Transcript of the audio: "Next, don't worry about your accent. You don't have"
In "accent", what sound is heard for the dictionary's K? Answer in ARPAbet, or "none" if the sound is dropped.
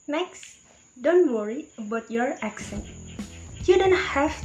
K